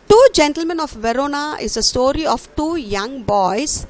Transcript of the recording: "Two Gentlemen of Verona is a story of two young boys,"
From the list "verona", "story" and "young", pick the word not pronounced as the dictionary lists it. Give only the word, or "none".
none